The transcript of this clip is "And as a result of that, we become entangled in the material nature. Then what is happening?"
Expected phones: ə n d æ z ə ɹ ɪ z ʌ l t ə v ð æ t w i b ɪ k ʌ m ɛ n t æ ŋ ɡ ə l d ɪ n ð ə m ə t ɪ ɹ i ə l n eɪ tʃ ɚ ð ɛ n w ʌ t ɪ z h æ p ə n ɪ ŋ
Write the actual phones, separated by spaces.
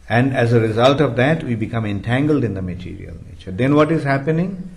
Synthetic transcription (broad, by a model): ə n d æ z ə ɹ ɪ z ʌ l t ə v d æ t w i b ɪ k ʌ m ɛ n t æ ŋ ɡ ə l d ɪ n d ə m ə t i ɹ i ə l n eɪ tʃ ɚ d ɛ n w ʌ t ɪ z h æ p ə n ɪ ŋ